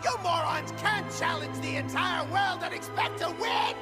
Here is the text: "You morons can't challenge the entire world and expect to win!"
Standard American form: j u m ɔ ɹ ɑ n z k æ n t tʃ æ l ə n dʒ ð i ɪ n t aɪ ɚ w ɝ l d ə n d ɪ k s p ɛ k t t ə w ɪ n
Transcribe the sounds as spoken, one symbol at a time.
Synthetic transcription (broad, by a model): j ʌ m ɔ ɹ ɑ n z k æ n tʃ æ l ə n dʒ ð i ɪ n t aɪ ɚ w ɝ l d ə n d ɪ k s p ɛ k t t ə w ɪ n